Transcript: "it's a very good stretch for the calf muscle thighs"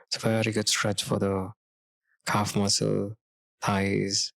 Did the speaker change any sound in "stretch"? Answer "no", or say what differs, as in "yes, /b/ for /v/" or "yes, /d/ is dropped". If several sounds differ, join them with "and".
no